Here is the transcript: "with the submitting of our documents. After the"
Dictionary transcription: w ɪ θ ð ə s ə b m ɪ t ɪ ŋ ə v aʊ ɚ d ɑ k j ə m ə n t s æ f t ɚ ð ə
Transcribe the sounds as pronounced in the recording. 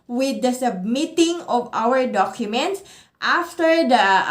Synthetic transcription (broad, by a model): w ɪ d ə s ə b m ɪ t ɪ ŋ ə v aʊ ɚ d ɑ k j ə m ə n t s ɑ f t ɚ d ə